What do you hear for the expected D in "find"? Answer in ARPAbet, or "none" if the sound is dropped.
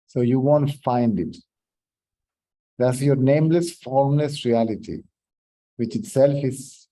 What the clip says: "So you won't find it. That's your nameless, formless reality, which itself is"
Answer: D